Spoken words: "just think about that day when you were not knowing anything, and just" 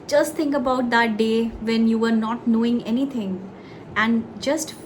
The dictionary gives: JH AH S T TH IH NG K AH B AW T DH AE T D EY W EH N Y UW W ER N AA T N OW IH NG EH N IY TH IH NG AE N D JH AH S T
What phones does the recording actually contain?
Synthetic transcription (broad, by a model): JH AH S T T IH NG K AH B AW T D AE T D EY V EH N Y UW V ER N AA T N OW IH NG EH N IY T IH NG AE N D JH AH S T